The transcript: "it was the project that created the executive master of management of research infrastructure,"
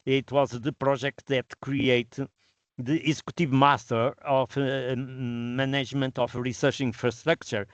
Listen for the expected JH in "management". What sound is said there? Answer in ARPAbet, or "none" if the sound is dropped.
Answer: ZH